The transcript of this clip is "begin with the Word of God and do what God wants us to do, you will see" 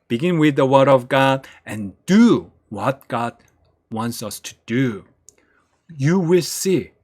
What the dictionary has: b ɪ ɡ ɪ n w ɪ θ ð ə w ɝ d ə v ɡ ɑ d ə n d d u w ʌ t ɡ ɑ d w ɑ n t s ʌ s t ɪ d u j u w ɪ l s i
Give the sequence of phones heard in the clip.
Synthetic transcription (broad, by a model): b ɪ ɡ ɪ n w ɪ ð ə w ɝ d ə v ɡ ɑ d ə n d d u w ʌ t ɡ ɑ d w ɑ n t s ʌ s t ɪ d u j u w ɪ l s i